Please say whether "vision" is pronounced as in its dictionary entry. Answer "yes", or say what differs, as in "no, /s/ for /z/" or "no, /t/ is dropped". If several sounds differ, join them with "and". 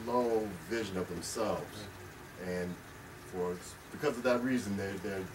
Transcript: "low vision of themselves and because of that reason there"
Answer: yes